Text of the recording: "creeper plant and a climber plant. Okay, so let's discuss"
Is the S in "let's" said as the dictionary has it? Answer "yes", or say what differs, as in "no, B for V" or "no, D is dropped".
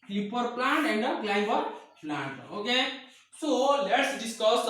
yes